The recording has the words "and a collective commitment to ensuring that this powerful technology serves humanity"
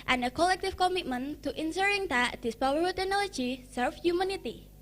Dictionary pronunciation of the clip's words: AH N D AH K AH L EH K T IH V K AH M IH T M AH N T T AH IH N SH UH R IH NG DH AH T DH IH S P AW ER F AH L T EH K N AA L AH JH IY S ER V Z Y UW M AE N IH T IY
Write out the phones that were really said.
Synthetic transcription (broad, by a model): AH N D AH K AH L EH K T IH F K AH M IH T M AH N T T AH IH N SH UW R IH NG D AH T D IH S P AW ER AH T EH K N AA L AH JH IY S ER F Y UW M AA N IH T IY